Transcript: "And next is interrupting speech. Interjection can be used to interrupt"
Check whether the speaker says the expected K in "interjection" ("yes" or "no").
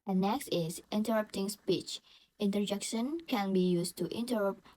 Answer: yes